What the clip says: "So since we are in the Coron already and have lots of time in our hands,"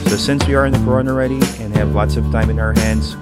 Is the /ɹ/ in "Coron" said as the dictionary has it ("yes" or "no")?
no